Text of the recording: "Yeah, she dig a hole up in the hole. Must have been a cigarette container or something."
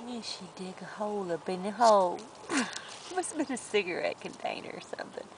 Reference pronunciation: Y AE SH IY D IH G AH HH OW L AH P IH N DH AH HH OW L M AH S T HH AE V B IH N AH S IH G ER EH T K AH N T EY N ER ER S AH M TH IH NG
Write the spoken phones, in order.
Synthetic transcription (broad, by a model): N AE SH IY D IH G AH HH OW L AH B IH N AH HH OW L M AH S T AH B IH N AH S IH G ER EH T K AH N T EY N ER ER S AH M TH IH NG